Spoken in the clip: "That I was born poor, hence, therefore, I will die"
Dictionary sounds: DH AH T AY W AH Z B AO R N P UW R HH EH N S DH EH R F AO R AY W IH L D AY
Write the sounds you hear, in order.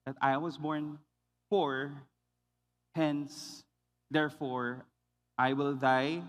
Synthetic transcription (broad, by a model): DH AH T AY W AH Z B AO R N F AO R HH EH N S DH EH R F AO R AY W IH L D AY